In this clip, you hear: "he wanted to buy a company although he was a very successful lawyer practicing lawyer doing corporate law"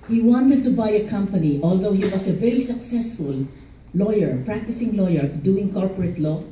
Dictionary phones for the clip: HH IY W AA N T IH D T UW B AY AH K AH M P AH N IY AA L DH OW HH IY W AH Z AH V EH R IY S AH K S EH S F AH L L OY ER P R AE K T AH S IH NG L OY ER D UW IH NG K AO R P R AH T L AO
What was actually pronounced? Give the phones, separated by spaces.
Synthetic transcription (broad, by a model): HH IY W AA N T IH D T UW B AY AH K AH M P AH N IY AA L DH OW HH IY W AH S AH V EH R IY S AH K S EH S F AH L L OY ER P R AE K T AH S IH NG L OY ER D UW IH NG K AO R P R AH T L AO